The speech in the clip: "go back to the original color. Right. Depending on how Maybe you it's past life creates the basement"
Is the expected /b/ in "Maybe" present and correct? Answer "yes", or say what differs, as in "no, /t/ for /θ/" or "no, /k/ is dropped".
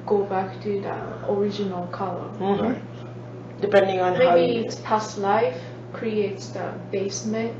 no, /b/ is dropped